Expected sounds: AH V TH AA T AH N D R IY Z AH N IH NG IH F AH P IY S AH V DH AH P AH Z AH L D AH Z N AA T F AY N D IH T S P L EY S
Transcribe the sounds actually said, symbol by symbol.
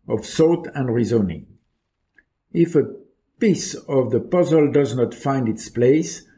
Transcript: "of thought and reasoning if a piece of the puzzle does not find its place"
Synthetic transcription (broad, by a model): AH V S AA T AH N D R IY Z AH N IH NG IH F AH P IY S AH V DH AH P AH Z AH L D AH Z N AA T F AY N D IH T S P L EY S